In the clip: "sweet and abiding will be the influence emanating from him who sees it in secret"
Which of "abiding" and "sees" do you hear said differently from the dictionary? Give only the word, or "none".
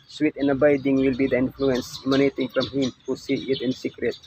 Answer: sees